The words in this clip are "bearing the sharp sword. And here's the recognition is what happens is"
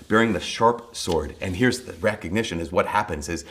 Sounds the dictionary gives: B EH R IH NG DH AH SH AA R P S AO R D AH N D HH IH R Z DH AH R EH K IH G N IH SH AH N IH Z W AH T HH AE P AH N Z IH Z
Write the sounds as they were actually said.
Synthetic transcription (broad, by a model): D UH R IH NG DH AH SH AA R P S AO R D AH N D HH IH R Z DH AH R EH K IH G N IH SH AH N IH Z W AH T HH AE P AH N Z IH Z